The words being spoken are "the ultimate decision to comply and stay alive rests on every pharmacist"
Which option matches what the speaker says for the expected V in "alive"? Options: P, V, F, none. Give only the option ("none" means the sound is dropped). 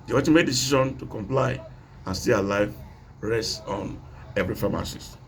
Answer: V